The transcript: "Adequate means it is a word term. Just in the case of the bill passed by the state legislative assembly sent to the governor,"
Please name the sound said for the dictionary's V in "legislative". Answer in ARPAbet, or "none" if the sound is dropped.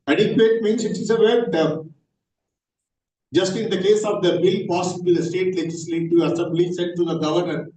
none